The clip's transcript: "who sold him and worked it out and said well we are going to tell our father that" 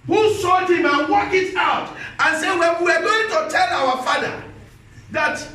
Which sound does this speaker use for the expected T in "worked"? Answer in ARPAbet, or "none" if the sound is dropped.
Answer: none